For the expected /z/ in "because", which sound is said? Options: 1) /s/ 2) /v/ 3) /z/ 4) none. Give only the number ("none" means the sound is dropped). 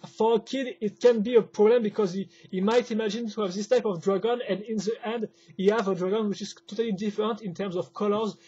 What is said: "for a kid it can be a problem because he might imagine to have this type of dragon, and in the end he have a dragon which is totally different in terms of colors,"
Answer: 3